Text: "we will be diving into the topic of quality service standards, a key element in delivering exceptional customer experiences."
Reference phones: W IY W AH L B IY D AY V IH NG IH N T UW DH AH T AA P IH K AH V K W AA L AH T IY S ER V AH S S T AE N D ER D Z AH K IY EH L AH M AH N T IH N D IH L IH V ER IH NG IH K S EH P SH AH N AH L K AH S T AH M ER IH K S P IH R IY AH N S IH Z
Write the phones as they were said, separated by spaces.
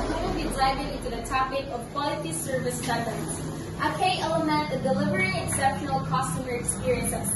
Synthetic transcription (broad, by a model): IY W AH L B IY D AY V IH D IH N T UW DH AH T AA P IH K AH V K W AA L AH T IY S ER V AH S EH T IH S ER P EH AH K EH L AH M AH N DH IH D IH L IH V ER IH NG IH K S EH P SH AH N L K AH S T AH M ER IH K S P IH R IY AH N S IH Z